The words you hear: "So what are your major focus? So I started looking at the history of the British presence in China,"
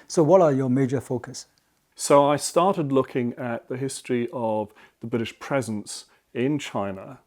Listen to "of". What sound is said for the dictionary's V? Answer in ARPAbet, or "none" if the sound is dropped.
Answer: V